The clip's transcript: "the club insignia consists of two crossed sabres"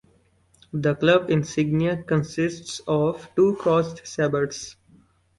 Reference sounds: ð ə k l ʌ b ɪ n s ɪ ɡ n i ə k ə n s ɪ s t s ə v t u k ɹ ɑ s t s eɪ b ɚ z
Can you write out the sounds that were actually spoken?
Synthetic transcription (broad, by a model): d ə k l ʌ b ɪ n s ɪ ɡ n i ə k ə n s ɪ s t s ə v t u k ɑ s t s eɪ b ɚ s